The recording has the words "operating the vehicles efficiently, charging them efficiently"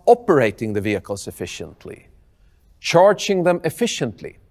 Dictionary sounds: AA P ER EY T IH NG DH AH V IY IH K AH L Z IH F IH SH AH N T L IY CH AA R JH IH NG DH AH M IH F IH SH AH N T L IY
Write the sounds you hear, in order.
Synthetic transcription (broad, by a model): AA P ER EY T IH NG DH AH V IY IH K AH L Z IH F IH SH AH N T L IY CH AA R JH IH NG DH AH M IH F IH SH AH N T L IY